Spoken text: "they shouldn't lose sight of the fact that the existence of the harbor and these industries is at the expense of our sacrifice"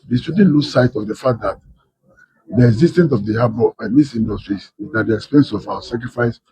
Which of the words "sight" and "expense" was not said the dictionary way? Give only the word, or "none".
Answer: none